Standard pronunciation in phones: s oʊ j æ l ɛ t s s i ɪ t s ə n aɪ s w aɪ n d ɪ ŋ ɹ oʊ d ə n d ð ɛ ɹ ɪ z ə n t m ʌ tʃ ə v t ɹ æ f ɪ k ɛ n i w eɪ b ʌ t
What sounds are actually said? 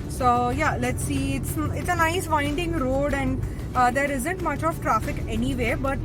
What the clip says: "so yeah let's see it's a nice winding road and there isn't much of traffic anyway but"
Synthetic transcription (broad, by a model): s oʊ j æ l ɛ t s s ɪ t s ə n aɪ s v aɪ n d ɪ ŋ ɹ oʊ d ə n d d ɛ ɹ ɪ z ə n t m ʌ tʃ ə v t ɹ æ f ɪ k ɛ n i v eɪ b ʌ t